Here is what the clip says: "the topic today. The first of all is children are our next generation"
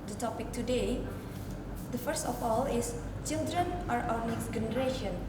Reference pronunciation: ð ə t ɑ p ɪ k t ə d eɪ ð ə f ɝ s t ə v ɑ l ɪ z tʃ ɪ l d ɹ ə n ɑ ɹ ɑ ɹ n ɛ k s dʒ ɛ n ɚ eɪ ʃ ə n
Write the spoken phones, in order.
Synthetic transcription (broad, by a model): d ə t ɑ p ɪ k t ə d eɪ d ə f ɝ s t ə f ɑ l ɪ s tʃ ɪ l d ɹ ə n ɑ ɹ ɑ w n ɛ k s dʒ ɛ n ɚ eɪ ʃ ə n